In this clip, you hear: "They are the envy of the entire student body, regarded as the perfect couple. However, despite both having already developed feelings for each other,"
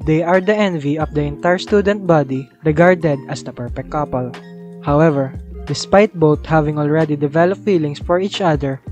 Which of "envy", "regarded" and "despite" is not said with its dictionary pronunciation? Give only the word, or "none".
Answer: none